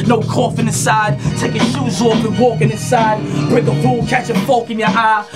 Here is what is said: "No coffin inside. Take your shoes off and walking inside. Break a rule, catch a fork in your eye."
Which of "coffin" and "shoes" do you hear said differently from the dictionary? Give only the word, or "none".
none